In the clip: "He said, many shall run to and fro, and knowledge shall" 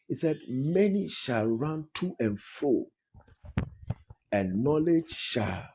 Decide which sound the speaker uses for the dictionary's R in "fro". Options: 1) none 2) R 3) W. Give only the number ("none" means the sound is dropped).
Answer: 1